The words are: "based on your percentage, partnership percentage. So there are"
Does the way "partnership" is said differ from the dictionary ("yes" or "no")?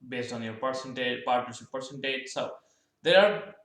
yes